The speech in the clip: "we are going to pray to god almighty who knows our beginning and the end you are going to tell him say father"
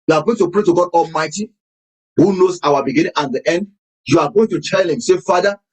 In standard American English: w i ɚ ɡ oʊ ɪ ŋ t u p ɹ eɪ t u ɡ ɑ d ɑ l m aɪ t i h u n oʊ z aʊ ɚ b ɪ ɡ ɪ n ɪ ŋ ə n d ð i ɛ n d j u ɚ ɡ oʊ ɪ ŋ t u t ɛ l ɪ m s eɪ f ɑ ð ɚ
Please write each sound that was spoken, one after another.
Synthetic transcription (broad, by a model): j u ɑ ɡ oʊ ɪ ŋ t u p ɹ eɪ t u ɡ ɑ d ɑ l m aɪ t i h u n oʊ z aʊ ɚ b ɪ ɡ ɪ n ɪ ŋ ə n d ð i ɛ n d j u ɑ ɡ oʊ ɪ ŋ t u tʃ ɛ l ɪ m s eɪ f ɑ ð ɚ